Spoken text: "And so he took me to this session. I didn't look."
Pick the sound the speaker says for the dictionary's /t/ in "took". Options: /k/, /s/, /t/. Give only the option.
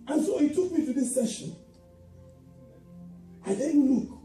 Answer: /t/